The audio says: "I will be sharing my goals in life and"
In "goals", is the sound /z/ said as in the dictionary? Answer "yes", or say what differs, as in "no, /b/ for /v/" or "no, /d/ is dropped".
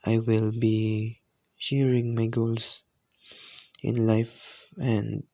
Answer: no, /s/ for /z/